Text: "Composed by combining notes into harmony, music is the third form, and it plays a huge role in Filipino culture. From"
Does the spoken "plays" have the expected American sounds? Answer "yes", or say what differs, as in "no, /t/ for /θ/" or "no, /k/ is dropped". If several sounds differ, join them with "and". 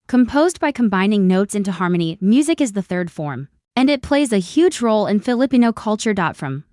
yes